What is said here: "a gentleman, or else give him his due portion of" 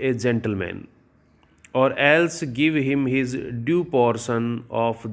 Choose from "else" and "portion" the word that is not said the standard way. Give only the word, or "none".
portion